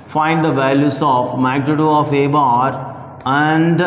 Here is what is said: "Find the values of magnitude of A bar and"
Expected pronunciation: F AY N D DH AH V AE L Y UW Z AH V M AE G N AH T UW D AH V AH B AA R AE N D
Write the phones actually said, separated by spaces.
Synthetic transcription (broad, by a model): F AY N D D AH V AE L Y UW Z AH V M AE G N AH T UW AH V AH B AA R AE N D